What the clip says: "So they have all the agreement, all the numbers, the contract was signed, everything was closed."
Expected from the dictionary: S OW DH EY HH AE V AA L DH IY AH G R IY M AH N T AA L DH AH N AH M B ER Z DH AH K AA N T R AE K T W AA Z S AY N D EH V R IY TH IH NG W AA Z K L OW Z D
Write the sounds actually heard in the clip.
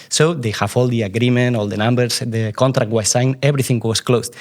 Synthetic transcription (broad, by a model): S OW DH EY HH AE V AA L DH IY AH G R IY M AH N T AA L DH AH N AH M B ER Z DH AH K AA N T R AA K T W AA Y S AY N EH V R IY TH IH NG W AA S K L OW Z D